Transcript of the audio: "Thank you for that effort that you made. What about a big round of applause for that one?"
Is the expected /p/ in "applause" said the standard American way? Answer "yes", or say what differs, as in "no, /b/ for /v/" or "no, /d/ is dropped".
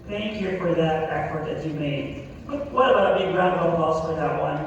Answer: no, /p/ is dropped